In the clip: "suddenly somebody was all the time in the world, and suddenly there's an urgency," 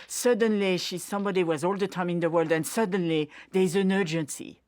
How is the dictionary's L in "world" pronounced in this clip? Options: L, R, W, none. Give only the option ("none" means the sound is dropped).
L